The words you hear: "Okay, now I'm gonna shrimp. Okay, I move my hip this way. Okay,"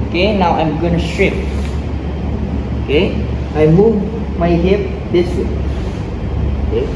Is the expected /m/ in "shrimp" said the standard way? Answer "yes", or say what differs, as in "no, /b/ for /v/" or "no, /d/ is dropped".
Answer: no, /m/ is dropped